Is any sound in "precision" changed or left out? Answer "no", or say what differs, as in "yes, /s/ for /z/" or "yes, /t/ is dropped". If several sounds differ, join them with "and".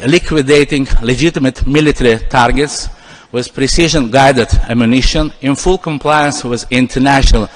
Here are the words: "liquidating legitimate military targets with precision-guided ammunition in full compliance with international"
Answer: no